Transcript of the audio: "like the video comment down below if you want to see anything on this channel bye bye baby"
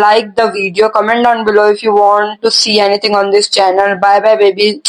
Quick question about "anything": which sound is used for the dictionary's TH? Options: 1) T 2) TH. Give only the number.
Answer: 1